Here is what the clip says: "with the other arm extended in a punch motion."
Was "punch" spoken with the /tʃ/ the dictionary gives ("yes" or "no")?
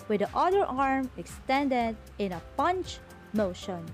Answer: yes